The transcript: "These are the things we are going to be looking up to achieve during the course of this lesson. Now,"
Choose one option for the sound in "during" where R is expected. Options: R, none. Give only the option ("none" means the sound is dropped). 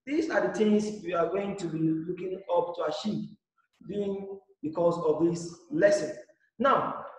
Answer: none